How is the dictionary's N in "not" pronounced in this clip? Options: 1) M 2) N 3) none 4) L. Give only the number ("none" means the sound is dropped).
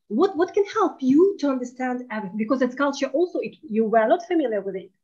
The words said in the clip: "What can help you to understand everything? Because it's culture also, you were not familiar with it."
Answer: 4